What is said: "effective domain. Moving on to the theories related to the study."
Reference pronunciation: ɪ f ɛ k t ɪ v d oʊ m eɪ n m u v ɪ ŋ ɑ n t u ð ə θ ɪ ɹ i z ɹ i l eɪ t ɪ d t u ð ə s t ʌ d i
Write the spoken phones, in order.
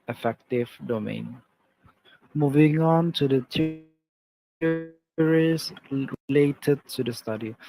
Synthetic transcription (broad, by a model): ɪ f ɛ k t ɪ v d oʊ m eɪ n m u v ɪ ŋ ɑ n t u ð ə t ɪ ɹ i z ɹ i l eɪ t ɪ d t u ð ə s t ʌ d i